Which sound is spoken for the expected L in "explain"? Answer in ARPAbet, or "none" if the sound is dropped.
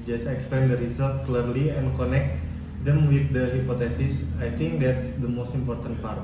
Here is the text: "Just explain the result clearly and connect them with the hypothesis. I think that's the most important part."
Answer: none